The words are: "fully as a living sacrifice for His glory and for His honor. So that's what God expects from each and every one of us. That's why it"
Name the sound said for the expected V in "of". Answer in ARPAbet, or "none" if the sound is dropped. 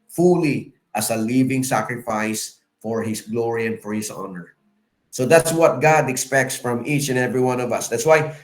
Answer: V